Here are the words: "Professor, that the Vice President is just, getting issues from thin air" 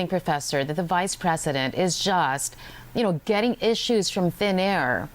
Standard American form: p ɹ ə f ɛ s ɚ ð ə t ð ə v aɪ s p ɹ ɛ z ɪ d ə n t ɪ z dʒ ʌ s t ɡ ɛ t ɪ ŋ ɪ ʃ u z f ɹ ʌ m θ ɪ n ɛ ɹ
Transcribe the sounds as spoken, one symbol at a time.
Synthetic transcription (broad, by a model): p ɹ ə f ɛ s ɚ ð ə t ð ə v aɪ s p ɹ ɛ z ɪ d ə n t ɪ z dʒ ʌ s t ɡ ɛ t ɪ ŋ ɪ ʃ u z f ɹ ʌ m θ ɪ n ɛ ɹ